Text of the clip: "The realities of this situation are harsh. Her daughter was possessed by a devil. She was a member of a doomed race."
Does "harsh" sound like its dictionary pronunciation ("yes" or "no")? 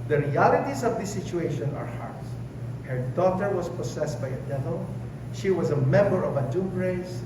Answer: no